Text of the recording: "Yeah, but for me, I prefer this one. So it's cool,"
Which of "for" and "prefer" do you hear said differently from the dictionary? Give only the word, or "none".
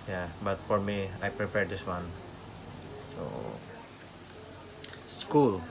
prefer